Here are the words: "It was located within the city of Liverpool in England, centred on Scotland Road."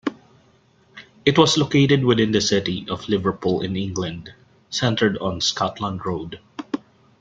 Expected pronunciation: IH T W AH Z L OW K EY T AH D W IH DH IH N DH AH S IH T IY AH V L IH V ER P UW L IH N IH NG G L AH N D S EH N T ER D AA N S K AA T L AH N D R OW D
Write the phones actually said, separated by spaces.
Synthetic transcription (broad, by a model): IH T W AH S L OW K EY T AH D W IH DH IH N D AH S IH T IY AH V L IH V ER P UW L IH N IH NG G L AH N D S EH N T ER D AA N S K AA T L AH N D R OW D